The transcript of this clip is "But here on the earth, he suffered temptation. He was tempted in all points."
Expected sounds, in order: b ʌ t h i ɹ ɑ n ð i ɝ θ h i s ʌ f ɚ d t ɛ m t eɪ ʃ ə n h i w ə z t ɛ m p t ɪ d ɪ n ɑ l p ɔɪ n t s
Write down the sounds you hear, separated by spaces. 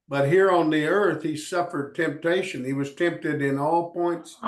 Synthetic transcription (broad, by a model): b ʌ t h i ɹ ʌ n ð i ɝ θ h i s ʌ f ɚ d t ɛ m t eɪ ʃ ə n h i w ə z t ɛ m p t ɪ d ɪ n ɑ l p ɔɪ n t s